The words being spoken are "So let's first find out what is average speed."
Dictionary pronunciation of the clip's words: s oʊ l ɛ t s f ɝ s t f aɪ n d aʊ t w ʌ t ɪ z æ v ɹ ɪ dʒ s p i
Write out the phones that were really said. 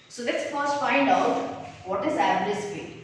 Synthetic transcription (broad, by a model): s oʊ l ɛ t s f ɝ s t f aɪ n d aʊ t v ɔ t ɪ z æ ɹ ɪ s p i